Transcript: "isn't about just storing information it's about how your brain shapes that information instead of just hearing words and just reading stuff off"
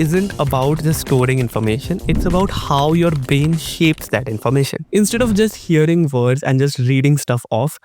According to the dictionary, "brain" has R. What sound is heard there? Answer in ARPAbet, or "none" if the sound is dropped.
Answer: none